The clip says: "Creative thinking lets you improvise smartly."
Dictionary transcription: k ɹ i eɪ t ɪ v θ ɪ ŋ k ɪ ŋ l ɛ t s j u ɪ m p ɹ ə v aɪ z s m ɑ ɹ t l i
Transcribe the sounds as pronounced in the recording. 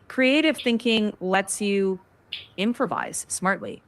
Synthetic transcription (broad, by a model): k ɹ i eɪ t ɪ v θ ɪ ŋ k ɪ ŋ l ɛ t s j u ɪ m p ɹ ə v aɪ z s m ɑ ɹ t l i